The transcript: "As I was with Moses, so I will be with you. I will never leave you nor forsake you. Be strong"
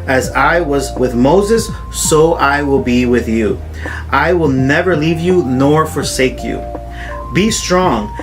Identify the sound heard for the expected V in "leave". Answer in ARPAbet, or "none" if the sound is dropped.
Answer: V